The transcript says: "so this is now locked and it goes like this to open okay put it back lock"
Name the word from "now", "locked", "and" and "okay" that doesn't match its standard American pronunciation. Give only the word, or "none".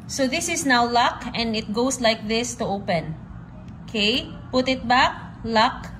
locked